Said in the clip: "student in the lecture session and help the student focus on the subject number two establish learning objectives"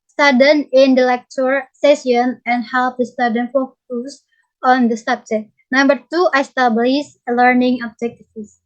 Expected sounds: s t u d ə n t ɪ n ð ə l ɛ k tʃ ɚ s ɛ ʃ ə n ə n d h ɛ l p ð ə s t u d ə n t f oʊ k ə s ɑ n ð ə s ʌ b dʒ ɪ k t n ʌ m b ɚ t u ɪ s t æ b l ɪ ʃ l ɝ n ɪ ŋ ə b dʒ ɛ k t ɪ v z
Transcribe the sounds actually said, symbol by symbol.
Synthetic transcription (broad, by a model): s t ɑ d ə n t ɪ n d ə l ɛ k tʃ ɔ s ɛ s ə n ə n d h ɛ l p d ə s t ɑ d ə n f oʊ k ə s ɑ n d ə s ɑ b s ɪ t n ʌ m b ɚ t u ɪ s t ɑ b l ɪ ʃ l ɝ n ɪ ŋ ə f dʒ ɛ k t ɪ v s